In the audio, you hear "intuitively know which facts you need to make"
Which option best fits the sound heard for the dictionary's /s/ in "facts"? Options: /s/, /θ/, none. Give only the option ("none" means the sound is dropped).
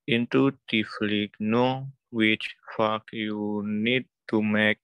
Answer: none